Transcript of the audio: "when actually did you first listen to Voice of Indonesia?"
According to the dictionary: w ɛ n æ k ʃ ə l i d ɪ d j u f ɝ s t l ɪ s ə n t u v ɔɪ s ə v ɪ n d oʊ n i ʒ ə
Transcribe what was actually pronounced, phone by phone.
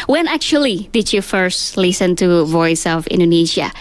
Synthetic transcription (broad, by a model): w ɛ n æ k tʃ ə l i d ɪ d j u f ɝ s t l ɪ s ə n t u v ɔɪ s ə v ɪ n d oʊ n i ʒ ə